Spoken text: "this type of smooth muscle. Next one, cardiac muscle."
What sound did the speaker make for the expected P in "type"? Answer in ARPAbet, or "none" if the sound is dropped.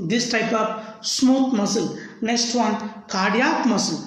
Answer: P